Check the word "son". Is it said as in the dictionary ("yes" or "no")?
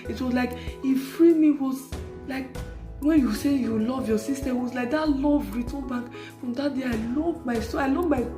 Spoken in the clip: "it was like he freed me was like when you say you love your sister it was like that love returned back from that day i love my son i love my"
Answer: no